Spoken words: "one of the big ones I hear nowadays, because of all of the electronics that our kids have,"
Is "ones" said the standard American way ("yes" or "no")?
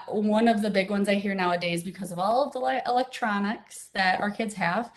yes